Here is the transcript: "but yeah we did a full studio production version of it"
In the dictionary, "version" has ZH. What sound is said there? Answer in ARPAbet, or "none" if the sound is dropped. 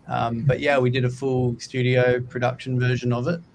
ZH